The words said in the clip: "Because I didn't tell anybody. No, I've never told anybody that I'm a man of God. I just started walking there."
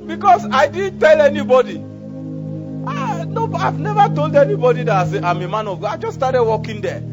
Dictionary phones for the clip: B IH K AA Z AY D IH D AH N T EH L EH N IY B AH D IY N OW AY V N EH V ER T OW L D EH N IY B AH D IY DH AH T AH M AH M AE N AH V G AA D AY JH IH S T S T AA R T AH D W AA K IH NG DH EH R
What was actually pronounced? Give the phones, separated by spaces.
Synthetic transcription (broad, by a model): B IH K AA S AY D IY D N T EH L EH N IY B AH D IY N OW AY V N EH V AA T OW L D EH N IY B AH D IY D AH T AH M AH M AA N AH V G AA AY JH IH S S T AA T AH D W AA K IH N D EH